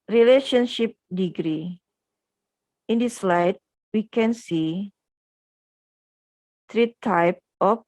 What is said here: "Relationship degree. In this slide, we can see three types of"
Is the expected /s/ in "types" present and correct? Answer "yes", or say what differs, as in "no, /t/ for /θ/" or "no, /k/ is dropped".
no, /s/ is dropped